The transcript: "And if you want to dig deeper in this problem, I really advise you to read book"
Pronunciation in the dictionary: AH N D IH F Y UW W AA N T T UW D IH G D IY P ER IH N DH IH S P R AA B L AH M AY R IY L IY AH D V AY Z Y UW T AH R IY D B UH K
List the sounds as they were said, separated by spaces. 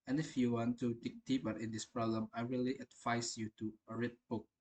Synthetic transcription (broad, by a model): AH N IH F Y UW W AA N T T UW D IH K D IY B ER IH N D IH S P R AA B L AH M AY R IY L IY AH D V AY S Y UW T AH R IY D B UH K